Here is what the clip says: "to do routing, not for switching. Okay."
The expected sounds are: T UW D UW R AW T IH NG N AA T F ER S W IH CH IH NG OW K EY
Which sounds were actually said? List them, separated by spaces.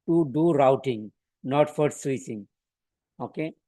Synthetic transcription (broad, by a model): T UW D UW R AW T IH NG N AA T F ER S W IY S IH NG OW K EY